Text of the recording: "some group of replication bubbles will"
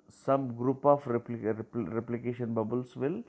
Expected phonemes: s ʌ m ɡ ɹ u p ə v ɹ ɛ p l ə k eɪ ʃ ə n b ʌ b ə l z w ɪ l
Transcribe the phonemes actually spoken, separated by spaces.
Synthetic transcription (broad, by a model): s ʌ m ɡ ɹ u p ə p ɹ ɛ p l ə k eɪ ʃ ə n b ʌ b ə l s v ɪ l